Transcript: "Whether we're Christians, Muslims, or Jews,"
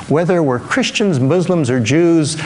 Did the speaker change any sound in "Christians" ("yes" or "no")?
no